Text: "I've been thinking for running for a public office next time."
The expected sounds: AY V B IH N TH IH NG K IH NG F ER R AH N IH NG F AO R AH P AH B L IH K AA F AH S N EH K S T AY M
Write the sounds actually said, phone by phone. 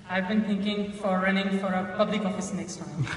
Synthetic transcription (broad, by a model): AY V B IH N T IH NG K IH NG F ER R AH N IH NG F AO R AH P AH B L IH K AA F AH S N EH K S T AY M